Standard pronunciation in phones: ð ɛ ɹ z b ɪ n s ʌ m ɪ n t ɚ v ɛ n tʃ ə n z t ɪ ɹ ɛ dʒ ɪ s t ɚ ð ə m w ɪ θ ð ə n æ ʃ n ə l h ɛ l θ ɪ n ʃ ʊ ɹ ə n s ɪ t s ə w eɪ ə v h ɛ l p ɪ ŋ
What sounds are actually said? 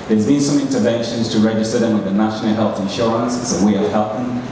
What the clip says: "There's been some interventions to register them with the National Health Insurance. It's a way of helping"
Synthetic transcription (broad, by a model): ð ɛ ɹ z b ɪ n s ʌ m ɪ n t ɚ v ɛ n ʃ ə n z t ɪ ɹ ɛ dʒ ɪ s t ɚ ð ə m w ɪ ð ə n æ ʃ n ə l h ɛ l θ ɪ n ʃ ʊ ɹ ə n s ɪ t w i ə v h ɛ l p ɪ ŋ